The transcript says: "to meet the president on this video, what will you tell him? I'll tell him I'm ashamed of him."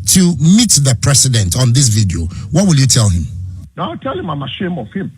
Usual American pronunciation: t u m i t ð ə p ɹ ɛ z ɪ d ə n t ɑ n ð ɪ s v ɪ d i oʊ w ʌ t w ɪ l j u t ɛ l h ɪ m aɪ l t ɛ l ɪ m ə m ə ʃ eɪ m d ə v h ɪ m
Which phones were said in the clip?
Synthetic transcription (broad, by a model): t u m i t ð ə p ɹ ɛ s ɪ d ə n t ɑ n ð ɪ s v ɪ d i oʊ w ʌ t w ɪ l j u t ɛ l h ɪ m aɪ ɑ t ɛ l ɪ m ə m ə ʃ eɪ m ə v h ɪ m